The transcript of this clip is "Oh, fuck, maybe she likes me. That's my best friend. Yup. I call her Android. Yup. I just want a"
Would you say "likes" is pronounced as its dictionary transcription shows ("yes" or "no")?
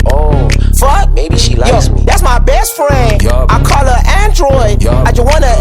no